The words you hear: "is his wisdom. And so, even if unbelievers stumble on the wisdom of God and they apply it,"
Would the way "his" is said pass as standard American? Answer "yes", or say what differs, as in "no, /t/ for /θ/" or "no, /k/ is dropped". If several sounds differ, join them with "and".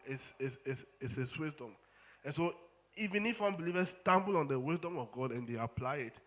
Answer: no, /s/ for /z/